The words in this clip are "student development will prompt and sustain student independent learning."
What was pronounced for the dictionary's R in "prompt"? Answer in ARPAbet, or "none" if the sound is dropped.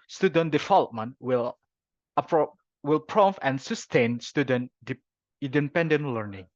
W